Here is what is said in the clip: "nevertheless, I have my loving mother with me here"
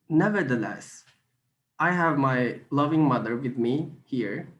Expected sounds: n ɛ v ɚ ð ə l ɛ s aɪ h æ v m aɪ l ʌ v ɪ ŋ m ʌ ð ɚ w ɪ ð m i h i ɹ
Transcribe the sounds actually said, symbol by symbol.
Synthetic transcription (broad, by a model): n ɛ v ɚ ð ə l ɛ s aɪ h æ v m aɪ l ʌ v ɪ ŋ m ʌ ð ɚ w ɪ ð m i h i ɹ